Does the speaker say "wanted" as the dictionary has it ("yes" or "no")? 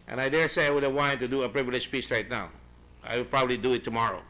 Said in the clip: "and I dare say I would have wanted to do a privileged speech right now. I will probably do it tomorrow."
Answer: no